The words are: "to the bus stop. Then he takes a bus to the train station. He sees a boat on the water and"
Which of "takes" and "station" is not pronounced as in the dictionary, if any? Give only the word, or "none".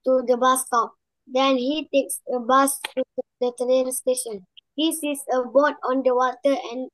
none